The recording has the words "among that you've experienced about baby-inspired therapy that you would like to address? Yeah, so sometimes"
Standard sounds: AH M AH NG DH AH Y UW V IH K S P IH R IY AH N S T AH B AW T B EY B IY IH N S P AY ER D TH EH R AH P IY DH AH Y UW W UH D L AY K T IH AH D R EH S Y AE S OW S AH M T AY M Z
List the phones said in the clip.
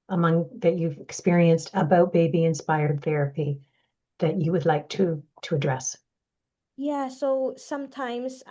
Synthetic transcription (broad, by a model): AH M AH NG DH AH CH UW V IH K S P IH R IY AH N S T AH B AW T B EY B IY IH N S P AY ER D TH EH R AH P IY DH AH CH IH W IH D L AY K T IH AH D R EH S Y AE S OW S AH M T AY M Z